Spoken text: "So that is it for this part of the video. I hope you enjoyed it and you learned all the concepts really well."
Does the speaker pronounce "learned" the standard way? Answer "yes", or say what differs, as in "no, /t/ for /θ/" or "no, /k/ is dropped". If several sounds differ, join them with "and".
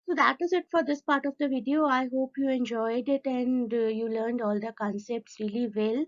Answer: yes